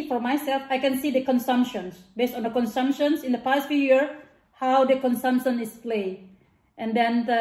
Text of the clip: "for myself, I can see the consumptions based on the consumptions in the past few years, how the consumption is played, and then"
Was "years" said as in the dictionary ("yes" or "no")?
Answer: no